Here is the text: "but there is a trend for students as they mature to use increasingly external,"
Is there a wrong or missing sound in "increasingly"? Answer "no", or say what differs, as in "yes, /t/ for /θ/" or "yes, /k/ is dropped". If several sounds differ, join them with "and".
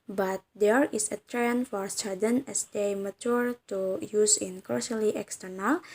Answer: yes, /ɹ/ is dropped and /ŋ/ is dropped